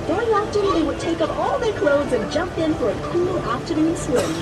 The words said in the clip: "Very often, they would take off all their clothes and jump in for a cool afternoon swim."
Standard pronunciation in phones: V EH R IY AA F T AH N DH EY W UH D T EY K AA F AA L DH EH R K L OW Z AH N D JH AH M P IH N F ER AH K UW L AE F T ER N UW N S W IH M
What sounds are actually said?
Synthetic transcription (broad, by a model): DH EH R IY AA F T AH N DH EY W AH D T EY K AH P AA L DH EH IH K L OW Z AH N JH AH M P IH N F ER AH K UW L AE P T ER N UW N S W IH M